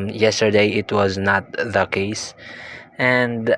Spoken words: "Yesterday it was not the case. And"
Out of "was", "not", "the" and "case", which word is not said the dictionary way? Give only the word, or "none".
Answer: none